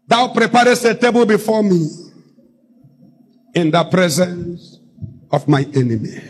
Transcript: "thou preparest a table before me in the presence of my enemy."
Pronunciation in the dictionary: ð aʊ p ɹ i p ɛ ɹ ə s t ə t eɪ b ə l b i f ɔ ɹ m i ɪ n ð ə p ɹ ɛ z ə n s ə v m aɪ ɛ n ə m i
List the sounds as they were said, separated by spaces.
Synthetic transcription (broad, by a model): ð aʊ p ɹ i p ɛ ɹ ə s t ə t eɪ b ə l b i f ɔ m i ɪ n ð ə p ɹ ɛ z ə n s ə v m aɪ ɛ n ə m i